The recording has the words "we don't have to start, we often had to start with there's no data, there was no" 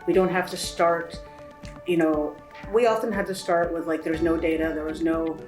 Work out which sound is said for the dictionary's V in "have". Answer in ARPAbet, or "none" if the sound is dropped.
F